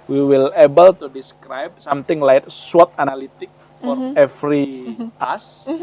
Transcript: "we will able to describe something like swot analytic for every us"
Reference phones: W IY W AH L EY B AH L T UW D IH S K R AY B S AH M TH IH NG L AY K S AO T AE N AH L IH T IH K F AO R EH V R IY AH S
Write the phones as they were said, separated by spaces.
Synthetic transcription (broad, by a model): W IY W AH L EY B AH L T UW D IH S K R AY B S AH M T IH NG L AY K S AO T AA N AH L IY T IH K F AO R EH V R IY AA S